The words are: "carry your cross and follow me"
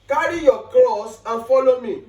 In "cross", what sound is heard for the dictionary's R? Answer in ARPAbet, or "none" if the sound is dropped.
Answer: L